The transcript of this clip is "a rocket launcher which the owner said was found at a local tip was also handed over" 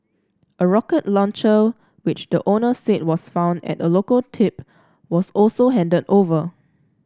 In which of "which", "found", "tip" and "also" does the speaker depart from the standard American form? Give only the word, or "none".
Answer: none